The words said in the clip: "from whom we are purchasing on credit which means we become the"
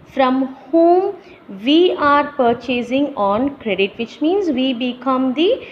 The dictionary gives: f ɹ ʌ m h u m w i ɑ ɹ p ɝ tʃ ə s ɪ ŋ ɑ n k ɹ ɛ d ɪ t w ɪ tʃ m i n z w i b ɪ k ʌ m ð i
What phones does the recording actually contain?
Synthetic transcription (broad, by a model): f ɹ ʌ m h u m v i ɑ ɹ p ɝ tʃ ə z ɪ ŋ ɑ n k ɹ ɛ d ɪ t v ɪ tʃ m i n z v i b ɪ k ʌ m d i